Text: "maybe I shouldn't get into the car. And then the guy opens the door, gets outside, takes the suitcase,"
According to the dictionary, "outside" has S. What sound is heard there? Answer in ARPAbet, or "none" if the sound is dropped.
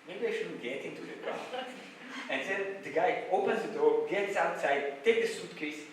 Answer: S